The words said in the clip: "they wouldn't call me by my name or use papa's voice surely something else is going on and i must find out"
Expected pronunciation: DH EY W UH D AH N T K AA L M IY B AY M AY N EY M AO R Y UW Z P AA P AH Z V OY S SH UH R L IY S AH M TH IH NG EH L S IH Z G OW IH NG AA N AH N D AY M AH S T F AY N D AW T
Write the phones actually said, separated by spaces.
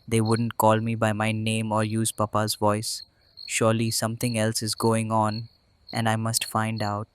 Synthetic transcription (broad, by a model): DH EY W UH D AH N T K AA L M IY B AY M AY N EY M AO R Y UW Z P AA P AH Z V OY S SH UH R L IY S AH M T IH NG EH L S IH Z G OW IH NG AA N AH N D AY M AH S T F AY N D AW T